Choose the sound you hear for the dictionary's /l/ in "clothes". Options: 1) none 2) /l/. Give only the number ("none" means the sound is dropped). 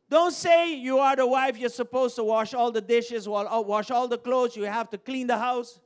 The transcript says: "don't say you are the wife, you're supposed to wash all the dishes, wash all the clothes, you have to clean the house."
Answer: 2